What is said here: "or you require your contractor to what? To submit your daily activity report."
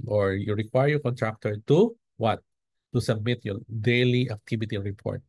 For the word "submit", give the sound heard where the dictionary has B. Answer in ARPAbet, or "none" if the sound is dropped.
B